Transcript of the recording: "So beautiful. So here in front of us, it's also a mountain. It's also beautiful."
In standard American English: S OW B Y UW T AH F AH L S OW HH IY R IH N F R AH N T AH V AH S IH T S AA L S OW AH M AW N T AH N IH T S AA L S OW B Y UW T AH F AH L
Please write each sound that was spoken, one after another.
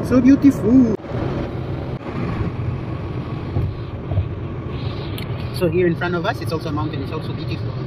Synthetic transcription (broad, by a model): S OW B Y UW T AH F AH L S OW HH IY R IH N F R AH N T AH V AH S IH T S AA L S OW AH M AW N T AH N IH T S AA L S OW B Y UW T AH F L